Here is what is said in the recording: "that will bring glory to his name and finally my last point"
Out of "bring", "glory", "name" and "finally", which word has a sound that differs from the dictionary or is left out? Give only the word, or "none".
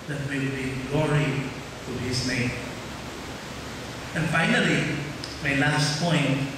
bring